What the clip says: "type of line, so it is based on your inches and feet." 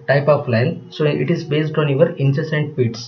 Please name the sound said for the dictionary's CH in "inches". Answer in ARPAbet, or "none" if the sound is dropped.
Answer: S